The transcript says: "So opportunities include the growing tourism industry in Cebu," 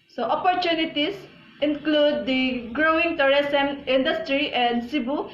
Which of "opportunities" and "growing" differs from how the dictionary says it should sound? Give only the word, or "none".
opportunities